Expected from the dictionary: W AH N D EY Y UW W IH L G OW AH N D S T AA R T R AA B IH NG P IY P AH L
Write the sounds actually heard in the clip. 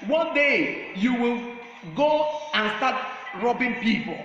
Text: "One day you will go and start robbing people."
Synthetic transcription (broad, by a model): W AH N D EY Y UW W IH L G OW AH N S T AA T R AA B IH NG P IY P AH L